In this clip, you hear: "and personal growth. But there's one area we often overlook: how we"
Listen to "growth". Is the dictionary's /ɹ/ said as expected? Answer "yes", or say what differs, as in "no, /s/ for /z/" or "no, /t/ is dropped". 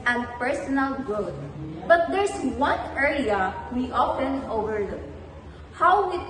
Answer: no, /ɹ/ is dropped